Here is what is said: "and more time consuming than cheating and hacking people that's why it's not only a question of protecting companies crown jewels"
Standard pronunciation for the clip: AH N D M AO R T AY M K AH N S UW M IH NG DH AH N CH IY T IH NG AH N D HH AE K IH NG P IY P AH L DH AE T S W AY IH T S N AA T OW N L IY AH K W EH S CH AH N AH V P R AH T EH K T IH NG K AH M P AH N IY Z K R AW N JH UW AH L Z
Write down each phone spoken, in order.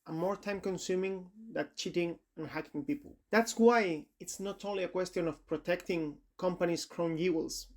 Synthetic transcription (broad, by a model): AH M AO R T AY M K AH N S UW M IH NG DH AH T CH IY T IH NG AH N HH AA K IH NG P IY P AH L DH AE T S W AY IH T S N AA T OW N L IY AH K W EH S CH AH N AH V P R AH T EH K T IH NG K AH M P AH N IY S K R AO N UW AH L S